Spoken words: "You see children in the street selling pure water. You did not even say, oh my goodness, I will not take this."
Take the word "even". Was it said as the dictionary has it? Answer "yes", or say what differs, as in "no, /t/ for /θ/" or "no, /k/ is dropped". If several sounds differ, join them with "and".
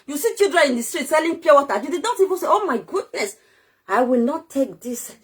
no, /p/ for /v/